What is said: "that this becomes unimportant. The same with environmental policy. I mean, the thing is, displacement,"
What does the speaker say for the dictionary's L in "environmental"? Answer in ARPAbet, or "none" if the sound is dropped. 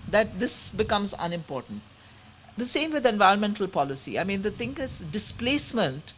L